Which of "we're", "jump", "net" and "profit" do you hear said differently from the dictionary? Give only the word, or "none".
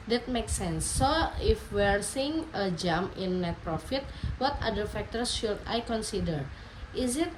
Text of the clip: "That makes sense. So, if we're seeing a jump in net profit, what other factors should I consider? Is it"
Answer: jump